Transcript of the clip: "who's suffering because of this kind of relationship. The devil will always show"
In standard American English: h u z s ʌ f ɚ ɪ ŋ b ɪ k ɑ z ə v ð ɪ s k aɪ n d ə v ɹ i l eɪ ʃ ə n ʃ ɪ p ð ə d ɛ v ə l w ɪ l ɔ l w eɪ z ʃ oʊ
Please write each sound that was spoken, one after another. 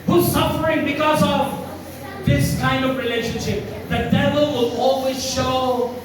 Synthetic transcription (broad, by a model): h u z s ʌ f ɚ ɪ ŋ b ɪ k ɑ z ə v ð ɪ s k aɪ n d ə v ɹ i l eɪ ʃ ə n ʃ ɪ p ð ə d ɛ v ə l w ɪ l ɔ l w eɪ z ʃ oʊ